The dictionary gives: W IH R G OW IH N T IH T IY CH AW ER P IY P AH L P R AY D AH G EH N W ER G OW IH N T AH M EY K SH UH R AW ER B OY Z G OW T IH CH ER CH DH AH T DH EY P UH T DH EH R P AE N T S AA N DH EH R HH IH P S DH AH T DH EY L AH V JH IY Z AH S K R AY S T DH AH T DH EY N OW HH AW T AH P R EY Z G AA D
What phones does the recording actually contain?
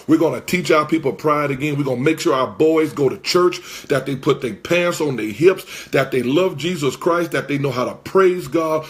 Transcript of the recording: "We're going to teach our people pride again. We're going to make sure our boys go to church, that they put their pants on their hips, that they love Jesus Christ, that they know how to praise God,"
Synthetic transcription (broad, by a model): W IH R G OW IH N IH T IY CH AW ER P IY P L P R AY D AH G EH N W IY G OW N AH M EY K SH UH R AW ER B OY Z G OW T IH CH ER CH DH AH T DH EY P UH T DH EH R P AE N S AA N DH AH R HH IH P S DH AH T DH EY L AH V JH IY Z AH S K R AY S T DH AH T DH EY N OW HH AW T AH P R EY Z G AA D